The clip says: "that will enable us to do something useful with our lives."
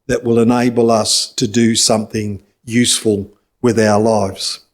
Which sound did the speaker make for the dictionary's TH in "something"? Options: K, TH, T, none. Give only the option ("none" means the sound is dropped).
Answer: TH